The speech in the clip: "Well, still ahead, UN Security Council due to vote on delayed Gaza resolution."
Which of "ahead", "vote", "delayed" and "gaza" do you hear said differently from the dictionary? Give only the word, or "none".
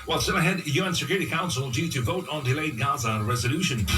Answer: none